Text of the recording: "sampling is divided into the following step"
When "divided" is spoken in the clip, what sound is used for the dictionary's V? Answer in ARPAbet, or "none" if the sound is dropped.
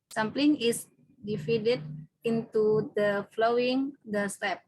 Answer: F